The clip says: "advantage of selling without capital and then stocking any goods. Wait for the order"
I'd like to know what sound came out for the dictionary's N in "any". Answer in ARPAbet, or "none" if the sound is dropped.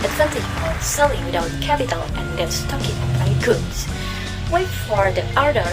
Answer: none